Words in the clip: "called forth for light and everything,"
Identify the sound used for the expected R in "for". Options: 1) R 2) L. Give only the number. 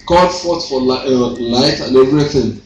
2